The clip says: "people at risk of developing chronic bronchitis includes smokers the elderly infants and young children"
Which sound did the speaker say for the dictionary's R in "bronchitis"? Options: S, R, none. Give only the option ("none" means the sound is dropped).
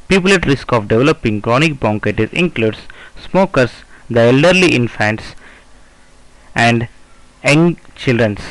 none